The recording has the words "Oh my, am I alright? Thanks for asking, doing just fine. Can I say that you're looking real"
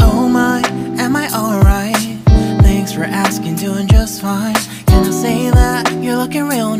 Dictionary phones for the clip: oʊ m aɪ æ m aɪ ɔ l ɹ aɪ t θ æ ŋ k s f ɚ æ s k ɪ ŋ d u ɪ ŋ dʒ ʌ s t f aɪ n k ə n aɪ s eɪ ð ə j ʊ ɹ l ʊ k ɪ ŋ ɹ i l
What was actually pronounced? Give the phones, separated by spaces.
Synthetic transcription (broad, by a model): oʊ m aɪ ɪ m aɪ ɔ l ɹ aɪ t θ æ ŋ k s f ɚ æ s k ɪ ŋ d u ɪ ŋ dʒ ʌ s t f aɪ n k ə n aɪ s eɪ ð ə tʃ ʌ ɹ l ʊ k ɪ ŋ ɹ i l